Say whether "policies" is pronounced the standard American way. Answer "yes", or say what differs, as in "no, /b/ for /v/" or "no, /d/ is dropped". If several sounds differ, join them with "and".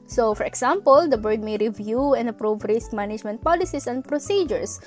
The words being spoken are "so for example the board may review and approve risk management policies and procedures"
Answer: no, /s/ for /z/